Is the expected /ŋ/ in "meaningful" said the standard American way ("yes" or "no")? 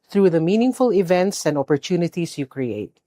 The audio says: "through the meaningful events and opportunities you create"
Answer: yes